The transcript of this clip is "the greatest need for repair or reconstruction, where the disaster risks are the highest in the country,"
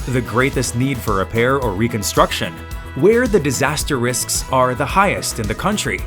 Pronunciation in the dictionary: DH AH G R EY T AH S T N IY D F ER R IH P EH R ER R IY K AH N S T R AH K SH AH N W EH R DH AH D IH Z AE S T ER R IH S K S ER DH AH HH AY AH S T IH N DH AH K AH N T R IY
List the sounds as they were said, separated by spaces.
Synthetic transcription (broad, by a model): DH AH G R EY T AH S T N IY D F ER R IH P EH R ER R IY K AH N S T R AH K SH AH N W EH R DH AH D IH Z AE S T ER R IH S K S ER DH AH HH AY AH S T IH N DH AH K AH N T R IY